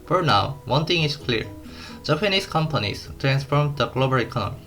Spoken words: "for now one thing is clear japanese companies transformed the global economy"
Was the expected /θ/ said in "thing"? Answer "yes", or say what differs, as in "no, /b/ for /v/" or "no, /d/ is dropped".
no, /t/ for /θ/